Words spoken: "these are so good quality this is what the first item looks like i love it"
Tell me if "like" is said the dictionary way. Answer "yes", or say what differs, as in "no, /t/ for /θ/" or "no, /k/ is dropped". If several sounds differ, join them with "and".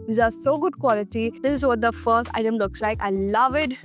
yes